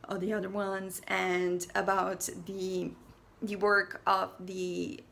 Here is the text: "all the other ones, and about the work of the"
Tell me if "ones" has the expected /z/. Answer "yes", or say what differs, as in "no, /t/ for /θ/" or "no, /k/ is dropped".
yes